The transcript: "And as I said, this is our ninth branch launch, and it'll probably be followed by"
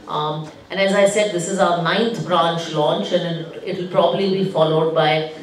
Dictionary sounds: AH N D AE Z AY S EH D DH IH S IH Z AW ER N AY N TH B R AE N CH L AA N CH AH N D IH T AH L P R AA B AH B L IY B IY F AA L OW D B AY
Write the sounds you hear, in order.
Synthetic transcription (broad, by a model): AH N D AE Z AY S EH D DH IH S IH Z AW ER N AY N T B R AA N CH L AA N CH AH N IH IH T AH L P R AA B AH B L IY B IY F AA L OW D B AY